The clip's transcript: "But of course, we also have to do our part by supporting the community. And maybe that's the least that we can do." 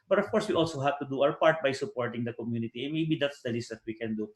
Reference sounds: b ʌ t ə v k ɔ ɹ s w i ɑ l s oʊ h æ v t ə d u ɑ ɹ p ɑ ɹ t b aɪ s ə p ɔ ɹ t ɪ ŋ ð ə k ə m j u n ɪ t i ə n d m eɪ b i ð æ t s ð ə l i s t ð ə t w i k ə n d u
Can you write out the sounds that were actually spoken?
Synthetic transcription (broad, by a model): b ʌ t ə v k ɔ ɹ s w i ɑ l s oʊ h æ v t ə d u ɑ w p ɑ ɹ t b aɪ s ə p ɔ ɹ t ɪ ŋ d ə k ə m j u n ɪ t i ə n m eɪ b i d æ t s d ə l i s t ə t w i k ə n d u